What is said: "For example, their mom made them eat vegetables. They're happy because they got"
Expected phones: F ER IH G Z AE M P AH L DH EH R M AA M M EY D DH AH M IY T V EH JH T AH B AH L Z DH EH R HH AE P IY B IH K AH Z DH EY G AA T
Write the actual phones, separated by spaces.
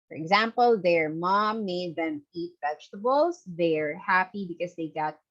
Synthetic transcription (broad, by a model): F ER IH G Z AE M P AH L DH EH R M AA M M EY D DH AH M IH T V EH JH T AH B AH L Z DH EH R HH AE P IY B IH K AH Z DH EY G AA T